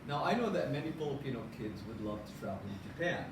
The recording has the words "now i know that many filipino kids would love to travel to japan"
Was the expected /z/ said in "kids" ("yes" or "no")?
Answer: yes